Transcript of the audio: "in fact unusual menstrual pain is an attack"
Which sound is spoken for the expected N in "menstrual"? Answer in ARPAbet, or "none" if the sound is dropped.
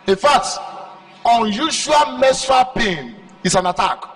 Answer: none